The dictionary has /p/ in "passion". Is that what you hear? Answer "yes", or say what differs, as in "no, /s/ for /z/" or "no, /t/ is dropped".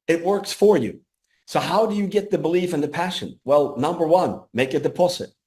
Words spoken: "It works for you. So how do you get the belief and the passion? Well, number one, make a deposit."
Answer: yes